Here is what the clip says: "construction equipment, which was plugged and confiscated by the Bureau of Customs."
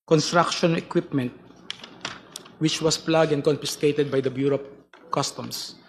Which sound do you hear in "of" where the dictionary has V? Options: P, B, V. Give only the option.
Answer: P